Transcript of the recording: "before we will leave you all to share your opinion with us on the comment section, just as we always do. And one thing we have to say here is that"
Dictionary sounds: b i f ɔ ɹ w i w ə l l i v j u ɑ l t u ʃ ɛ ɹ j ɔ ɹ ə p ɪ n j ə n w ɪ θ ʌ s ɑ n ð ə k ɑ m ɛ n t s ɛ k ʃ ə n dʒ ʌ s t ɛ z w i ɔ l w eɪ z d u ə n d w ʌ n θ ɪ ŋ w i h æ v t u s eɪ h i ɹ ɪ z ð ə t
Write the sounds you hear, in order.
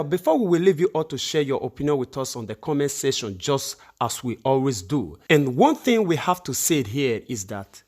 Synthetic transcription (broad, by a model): b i f ɔ w i w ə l l i v j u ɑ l t u ʃ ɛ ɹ j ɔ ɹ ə p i n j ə n w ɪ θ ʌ s ɑ n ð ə k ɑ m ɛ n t s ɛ ʃ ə n dʒ ʌ s t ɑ s w i ɔ l w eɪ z d u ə n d w ʌ n θ ɪ ŋ w i h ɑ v t u s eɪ h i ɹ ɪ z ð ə t